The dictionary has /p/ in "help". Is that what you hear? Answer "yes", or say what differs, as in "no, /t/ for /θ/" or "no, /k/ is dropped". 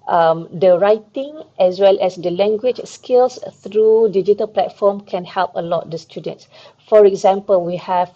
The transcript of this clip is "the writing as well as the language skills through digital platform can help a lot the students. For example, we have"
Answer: yes